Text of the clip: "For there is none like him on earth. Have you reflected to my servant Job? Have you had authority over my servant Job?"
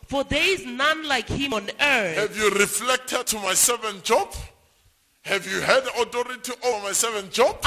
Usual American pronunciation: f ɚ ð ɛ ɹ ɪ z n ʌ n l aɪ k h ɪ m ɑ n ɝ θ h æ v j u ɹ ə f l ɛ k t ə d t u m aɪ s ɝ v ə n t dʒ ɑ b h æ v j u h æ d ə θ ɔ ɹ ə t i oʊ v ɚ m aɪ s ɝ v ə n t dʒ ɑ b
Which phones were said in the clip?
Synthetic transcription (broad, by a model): f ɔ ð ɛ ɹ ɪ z n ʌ n l aɪ k h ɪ m ɑ n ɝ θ h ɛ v j u ɹ ə f l ɛ k t ə d t u m aɪ s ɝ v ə n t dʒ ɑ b h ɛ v j u h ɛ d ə t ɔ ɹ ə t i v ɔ m aɪ s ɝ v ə n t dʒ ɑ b